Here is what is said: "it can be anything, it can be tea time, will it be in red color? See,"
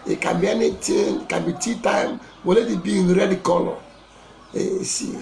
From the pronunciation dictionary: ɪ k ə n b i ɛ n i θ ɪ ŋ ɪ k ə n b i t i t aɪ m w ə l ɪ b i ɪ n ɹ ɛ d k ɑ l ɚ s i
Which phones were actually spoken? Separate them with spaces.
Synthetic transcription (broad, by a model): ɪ k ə b i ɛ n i t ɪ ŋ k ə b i t i t aɪ m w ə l ɪ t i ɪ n ɹ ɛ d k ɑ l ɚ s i